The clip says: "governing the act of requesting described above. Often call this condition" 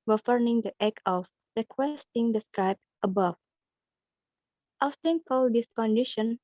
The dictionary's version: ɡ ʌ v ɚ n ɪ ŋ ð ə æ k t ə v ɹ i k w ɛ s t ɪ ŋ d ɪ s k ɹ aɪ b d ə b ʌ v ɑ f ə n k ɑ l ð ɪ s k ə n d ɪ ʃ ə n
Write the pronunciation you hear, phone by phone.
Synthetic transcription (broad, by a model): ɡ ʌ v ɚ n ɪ ŋ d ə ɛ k ə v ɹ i k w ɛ s t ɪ ŋ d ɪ s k ɹ aɪ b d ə b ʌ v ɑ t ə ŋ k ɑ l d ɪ s k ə n d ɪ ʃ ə n